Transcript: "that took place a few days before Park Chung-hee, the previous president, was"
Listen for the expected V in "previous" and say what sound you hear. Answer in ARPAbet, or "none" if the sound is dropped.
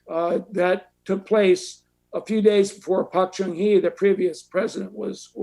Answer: V